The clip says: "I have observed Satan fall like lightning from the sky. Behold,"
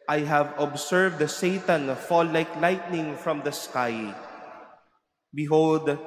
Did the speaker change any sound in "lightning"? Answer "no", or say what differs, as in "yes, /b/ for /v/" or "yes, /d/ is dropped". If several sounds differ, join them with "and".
no